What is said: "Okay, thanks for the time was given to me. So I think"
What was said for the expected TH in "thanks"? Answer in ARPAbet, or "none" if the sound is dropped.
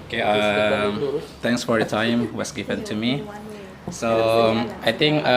T